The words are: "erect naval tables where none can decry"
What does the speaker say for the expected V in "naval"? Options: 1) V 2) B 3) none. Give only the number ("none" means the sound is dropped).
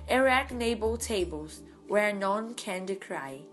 2